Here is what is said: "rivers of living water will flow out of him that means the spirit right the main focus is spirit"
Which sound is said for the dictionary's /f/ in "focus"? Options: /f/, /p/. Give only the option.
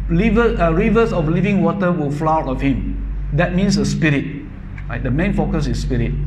/f/